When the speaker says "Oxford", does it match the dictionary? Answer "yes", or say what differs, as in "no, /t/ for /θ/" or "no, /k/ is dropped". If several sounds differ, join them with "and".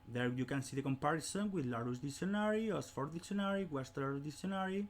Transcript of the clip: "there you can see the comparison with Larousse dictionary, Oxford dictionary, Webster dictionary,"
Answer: no, /k/ is dropped